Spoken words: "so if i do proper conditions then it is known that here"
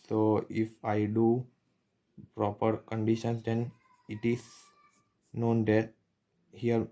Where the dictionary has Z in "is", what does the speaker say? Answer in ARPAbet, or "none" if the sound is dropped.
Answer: S